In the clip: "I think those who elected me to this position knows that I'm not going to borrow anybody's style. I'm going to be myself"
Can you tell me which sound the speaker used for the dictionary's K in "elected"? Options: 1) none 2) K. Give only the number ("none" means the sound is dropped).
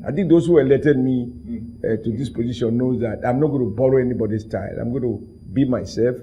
1